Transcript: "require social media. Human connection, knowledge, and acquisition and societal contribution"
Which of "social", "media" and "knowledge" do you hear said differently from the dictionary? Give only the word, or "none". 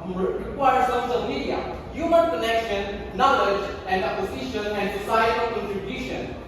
social